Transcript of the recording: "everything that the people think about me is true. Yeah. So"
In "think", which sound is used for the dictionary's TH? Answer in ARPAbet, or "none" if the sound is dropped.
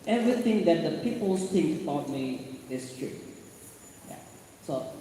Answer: S